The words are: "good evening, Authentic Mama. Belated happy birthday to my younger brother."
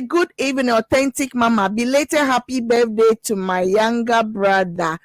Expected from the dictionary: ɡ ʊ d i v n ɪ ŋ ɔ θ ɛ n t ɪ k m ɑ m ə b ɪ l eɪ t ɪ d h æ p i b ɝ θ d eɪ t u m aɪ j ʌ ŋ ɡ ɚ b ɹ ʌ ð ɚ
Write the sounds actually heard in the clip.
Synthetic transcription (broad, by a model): ɡ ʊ d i v ɪ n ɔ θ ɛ n t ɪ k m ɑ m ə b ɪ l eɪ t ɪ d h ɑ p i b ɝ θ d eɪ t u m aɪ j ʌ ŋ ɡ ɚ b ɹ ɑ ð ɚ